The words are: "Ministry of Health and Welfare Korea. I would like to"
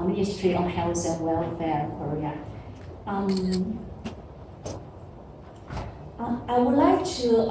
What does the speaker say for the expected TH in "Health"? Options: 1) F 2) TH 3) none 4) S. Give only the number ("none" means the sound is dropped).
4